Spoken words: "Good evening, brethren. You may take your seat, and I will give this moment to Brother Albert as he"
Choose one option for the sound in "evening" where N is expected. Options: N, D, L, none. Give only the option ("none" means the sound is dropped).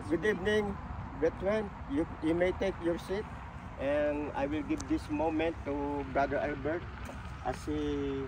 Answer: N